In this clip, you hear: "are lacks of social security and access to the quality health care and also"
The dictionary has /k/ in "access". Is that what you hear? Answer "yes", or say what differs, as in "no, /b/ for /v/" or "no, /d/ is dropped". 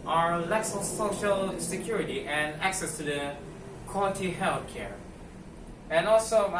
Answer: yes